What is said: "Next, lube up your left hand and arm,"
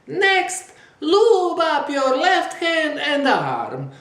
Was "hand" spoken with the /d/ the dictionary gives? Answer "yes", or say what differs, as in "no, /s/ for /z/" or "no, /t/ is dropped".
no, /d/ is dropped